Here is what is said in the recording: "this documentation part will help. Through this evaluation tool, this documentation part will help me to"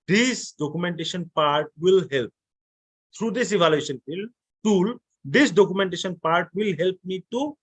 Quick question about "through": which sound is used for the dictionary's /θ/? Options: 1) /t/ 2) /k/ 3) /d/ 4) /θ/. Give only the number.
1